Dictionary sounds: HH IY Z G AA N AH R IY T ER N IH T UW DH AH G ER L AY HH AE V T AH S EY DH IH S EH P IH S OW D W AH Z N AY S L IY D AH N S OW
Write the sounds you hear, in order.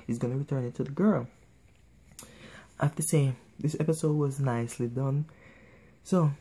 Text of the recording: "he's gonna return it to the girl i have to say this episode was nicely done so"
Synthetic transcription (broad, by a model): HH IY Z G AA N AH R IY T ER N IH T UW DH AH G ER L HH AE F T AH S EY DH IH S EH P IH S OW D W AH Z N AY S L IY D AH N S OW